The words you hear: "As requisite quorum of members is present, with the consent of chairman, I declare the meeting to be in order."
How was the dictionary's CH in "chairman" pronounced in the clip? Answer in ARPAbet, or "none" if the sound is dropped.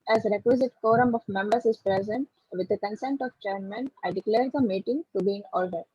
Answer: CH